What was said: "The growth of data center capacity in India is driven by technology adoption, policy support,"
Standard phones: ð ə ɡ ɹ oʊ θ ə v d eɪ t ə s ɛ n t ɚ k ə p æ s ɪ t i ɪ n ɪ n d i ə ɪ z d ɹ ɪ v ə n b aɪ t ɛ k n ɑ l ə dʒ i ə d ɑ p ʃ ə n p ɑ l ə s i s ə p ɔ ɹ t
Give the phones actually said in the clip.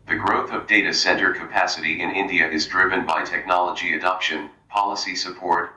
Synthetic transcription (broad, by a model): ð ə ɡ ɹ oʊ θ ə v d eɪ t ə s ɛ n t ɚ k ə p æ s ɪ t i ɪ n ɪ n d i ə ɪ z d ɹ ɪ v ə n b aɪ t ɛ k n ɑ l ə dʒ i ə d ɑ p ʃ ə n p ɑ l ə s i s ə p ɔ ɹ t